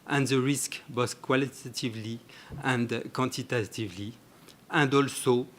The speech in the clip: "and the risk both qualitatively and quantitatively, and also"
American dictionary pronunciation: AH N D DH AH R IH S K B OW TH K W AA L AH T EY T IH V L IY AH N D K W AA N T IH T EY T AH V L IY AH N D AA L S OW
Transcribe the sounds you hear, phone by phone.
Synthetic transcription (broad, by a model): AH N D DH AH R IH S K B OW S K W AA L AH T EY T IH V L IY AH N D K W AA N T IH T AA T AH V L IY AH N D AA L S OW